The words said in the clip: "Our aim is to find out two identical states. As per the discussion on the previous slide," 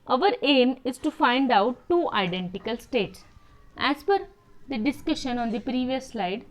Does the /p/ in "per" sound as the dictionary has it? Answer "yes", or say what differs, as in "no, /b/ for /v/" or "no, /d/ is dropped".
no, /f/ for /p/